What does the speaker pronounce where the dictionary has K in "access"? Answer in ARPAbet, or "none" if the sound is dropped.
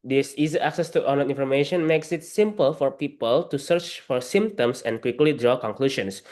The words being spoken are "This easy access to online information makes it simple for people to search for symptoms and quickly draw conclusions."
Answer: K